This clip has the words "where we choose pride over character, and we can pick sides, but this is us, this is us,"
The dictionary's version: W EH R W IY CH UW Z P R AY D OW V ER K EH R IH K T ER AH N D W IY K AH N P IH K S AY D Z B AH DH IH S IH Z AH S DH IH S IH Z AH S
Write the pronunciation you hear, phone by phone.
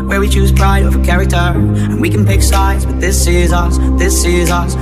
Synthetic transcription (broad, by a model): W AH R W IY CH UW Z P R AY D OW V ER K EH R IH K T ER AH N W IY K AH N P IH K S AY D Z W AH DH IH S IH Z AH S DH IH S IH Z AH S